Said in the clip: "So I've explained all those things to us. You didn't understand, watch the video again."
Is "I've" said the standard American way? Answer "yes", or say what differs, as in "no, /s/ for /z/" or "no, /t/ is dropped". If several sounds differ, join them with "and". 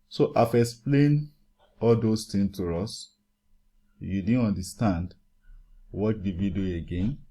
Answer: no, /f/ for /v/